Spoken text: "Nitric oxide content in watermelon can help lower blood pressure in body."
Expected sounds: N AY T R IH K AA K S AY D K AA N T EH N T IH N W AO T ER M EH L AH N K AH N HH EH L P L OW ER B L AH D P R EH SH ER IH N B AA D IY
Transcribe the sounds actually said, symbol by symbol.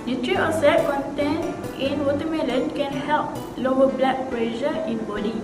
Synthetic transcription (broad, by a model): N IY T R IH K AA S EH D K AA N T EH N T IH N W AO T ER M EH L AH N K AH N HH EH L P L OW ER B L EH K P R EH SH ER IH N B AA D IY